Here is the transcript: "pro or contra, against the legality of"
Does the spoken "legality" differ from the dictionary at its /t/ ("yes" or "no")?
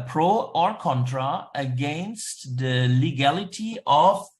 no